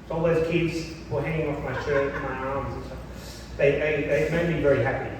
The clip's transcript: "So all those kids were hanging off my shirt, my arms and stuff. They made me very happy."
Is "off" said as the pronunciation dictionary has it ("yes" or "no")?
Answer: yes